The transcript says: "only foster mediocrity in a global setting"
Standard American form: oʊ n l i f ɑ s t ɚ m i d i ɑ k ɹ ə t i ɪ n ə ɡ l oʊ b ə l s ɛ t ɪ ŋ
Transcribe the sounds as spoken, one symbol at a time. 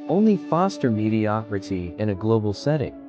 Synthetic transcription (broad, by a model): oʊ n l i f ɑ s t ɚ m i d i ɑ k ɹ ə t i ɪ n ə ɡ l oʊ b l s ɛ t ɪ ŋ